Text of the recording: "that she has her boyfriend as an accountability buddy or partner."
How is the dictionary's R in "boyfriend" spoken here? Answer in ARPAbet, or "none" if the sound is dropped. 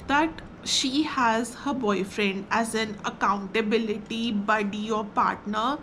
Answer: R